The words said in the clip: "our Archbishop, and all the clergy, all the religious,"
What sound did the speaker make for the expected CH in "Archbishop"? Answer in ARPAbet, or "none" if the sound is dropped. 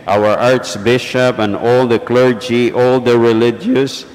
S